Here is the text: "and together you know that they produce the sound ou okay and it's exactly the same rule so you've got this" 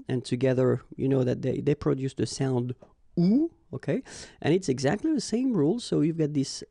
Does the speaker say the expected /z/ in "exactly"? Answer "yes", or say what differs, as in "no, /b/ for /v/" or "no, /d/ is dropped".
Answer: yes